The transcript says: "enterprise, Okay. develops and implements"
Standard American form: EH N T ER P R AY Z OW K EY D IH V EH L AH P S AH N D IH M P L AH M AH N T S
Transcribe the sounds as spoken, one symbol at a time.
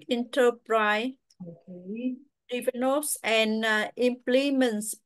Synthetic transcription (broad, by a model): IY N T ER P R AY OW K EY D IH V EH N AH S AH N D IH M P L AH M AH N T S